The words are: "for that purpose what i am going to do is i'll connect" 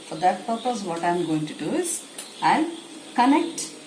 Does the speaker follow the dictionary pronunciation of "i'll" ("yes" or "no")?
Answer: no